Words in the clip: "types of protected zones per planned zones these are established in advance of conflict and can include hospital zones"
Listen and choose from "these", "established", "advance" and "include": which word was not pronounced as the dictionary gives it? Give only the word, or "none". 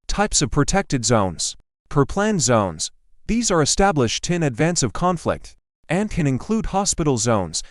none